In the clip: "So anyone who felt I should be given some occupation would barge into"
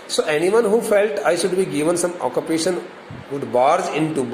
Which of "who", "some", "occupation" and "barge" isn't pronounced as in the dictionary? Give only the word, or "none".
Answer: barge